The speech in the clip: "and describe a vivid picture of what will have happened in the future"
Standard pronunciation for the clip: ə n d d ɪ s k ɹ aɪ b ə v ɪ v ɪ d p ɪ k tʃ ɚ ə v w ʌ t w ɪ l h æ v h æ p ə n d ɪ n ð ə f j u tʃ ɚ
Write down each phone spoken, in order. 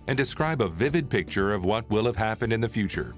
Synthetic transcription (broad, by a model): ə n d d ɪ s k ɹ aɪ b ə v ɪ v ɪ d p ɪ k tʃ ɚ ə v w ʌ t w ɪ l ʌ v h æ p ə n d ɪ n ð ə f j u tʃ ɚ